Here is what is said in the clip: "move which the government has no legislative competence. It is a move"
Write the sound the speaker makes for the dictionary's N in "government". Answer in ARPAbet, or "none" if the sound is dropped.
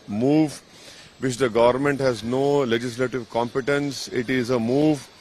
N